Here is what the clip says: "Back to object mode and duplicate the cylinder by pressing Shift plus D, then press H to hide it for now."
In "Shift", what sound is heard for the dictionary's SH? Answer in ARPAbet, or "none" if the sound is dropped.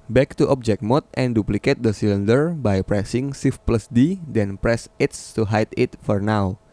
S